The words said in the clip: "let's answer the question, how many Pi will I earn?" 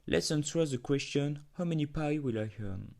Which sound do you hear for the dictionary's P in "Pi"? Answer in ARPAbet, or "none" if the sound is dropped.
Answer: P